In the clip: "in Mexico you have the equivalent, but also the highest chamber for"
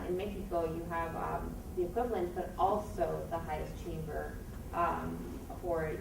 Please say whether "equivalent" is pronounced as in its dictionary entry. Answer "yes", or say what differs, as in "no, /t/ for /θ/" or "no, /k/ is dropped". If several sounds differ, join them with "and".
yes